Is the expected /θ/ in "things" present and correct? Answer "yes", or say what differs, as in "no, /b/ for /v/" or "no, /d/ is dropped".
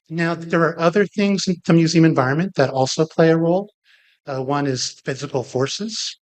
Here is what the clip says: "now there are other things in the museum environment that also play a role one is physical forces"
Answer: yes